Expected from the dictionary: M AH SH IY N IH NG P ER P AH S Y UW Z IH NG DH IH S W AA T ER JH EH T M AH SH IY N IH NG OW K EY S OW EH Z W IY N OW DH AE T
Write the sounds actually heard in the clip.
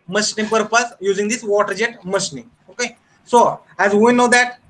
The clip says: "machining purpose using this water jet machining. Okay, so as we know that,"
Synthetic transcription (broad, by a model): M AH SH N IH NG P ER P AH S Y UW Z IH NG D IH S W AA T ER JH EH T M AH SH N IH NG OW K EY S OW EH Z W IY N OW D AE T